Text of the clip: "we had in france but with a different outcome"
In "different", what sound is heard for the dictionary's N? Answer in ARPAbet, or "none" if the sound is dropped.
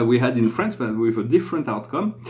N